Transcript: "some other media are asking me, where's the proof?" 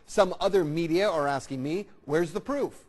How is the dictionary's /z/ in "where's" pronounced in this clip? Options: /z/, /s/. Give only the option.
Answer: /z/